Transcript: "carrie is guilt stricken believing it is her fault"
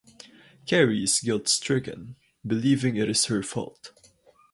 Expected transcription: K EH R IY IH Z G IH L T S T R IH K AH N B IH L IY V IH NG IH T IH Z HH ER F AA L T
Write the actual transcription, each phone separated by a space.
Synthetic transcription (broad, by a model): K EH R IY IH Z G IH L T S T R IH K AH N B IH L IY V IH NG IH T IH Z HH ER F AA L T